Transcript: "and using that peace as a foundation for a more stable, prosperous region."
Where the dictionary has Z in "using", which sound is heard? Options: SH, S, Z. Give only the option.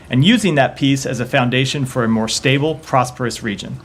Z